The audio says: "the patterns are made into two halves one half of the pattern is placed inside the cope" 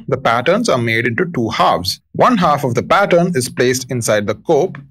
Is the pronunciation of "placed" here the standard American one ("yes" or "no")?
yes